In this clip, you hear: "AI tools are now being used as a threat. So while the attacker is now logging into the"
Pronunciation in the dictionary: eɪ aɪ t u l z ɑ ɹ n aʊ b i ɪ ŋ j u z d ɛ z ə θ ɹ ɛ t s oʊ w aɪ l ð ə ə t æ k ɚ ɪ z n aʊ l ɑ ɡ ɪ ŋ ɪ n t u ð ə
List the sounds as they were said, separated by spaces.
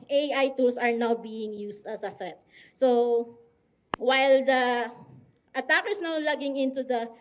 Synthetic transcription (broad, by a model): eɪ aɪ t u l s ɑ ɹ n aʊ b i ɪ ŋ j u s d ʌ s ə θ ɛ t s oʊ w aɪ l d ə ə t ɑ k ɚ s n aʊ l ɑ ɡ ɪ ŋ ɪ n t u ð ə